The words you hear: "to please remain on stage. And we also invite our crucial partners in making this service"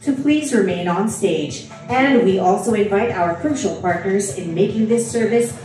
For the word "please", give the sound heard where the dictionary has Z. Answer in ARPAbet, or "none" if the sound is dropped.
Z